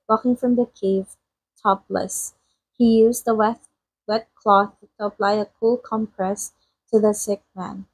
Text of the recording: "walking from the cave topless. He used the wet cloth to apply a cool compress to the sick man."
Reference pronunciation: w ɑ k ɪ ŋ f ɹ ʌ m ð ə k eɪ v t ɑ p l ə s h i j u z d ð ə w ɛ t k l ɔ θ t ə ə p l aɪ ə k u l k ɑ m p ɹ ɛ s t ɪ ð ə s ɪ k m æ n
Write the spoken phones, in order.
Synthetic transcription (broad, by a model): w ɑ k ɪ ŋ f ɹ ʌ m ð ə k eɪ v t ɑ p l ə s h i j u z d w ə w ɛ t k l ɔ θ t ə ə p l aɪ ə k u l k ɑ m p ɹ ɛ s t ɪ ð ə s ɪ k m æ n